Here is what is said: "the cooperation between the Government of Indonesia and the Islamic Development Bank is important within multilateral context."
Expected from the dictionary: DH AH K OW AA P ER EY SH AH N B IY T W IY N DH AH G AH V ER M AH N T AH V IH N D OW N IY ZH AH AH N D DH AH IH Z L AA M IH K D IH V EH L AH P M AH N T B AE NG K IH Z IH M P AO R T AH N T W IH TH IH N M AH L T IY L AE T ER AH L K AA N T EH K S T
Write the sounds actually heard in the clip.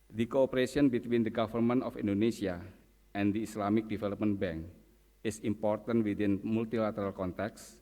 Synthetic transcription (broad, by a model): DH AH K OW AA P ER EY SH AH N B IY T W IY N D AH G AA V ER M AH N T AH F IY N D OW N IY S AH AH N D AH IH S L AA M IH K D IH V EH L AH P M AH N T B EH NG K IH S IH M P AO R T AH N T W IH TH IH N M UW L T IY L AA T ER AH L K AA N T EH K S